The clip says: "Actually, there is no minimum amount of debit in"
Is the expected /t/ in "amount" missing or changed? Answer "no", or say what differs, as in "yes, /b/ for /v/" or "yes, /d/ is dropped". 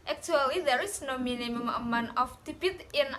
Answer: yes, /t/ is dropped